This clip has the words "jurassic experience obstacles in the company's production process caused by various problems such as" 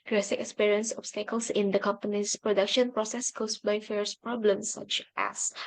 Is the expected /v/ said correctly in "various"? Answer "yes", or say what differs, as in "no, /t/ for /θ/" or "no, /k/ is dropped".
no, /f/ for /v/